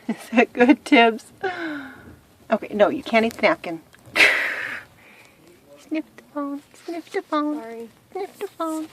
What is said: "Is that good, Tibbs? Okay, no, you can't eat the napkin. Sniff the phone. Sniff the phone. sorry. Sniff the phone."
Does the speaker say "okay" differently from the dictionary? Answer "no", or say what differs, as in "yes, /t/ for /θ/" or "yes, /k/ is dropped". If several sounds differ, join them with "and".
no